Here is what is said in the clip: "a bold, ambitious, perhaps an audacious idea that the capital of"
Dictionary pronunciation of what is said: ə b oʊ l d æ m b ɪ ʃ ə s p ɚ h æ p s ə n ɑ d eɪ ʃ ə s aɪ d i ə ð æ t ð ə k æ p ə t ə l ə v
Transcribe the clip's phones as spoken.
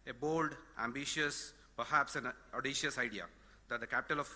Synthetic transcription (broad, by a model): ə b oʊ l d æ m b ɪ ʃ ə s p ɚ h æ p s ə n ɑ d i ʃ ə s aɪ d i ə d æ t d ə k æ p ə t ə l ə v